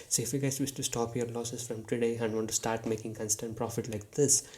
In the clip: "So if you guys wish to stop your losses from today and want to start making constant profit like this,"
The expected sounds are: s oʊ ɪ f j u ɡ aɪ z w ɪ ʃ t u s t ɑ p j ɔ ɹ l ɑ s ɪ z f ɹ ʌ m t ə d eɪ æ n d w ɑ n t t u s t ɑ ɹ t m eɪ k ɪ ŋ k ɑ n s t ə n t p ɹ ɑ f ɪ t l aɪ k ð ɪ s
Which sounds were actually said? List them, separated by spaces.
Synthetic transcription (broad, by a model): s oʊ ɪ f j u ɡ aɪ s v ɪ s t u s t ɑ p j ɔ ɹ l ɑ s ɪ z f ɹ ʌ m t ə d eɪ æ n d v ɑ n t t u s t ɑ ɹ t m eɪ k ɪ ŋ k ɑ n s t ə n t p ɹ ɑ f ɪ t l aɪ k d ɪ s